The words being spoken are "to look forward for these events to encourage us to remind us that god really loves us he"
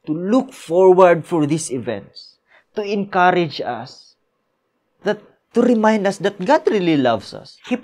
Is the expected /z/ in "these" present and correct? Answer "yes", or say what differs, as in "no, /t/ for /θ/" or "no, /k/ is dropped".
no, /s/ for /z/